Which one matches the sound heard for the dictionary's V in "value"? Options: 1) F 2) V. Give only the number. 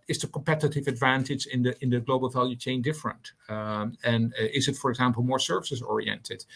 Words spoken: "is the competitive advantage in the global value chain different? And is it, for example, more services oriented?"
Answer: 2